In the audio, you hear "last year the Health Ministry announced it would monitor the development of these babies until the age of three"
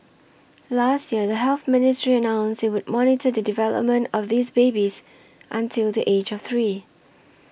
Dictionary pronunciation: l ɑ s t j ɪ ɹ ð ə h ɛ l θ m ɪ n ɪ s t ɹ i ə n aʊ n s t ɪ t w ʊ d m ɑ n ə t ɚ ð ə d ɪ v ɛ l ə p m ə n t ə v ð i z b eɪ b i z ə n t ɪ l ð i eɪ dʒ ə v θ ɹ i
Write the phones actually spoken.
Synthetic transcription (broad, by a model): l ɑ s t j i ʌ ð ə h ɛ l θ m ɪ n ɪ s t ɹ i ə n aʊ n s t ɪ t w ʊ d m ɑ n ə t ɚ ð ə d ɪ v ɛ l ə p m ə n t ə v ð i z b eɪ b i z ə n t ɪ l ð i eɪ dʒ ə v θ ɹ i